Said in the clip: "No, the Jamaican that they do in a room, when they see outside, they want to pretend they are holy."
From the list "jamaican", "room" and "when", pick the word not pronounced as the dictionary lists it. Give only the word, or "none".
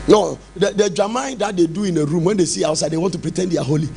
jamaican